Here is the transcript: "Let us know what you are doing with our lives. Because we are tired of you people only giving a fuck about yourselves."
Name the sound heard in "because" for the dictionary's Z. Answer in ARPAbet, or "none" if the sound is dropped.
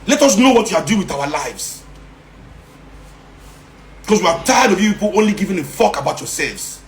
S